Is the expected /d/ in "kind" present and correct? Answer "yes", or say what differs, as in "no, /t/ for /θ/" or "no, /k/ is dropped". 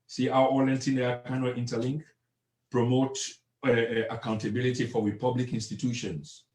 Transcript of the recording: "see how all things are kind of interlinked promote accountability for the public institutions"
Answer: no, /d/ is dropped